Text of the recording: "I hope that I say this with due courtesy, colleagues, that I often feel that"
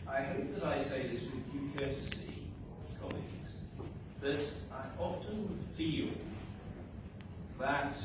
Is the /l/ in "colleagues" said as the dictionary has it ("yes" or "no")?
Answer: yes